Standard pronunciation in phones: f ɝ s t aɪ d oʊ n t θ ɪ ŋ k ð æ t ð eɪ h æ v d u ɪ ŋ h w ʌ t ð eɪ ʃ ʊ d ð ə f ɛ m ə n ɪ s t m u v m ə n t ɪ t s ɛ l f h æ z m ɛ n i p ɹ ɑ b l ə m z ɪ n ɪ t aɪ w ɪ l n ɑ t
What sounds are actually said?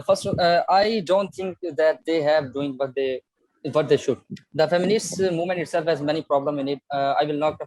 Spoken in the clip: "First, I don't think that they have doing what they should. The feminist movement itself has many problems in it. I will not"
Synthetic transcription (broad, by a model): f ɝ s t aɪ d oʊ n t t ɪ ŋ k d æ t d eɪ h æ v d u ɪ ŋ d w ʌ t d eɪ ʃ ʊ d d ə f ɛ m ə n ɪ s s m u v m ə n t ɪ t s ɛ l f h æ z m ɛ n i p ɹ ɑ b l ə m ɪ n ɪ t aɪ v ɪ l n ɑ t